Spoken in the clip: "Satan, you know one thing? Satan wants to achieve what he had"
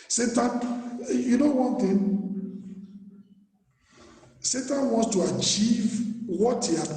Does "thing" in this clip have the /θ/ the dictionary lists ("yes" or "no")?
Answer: no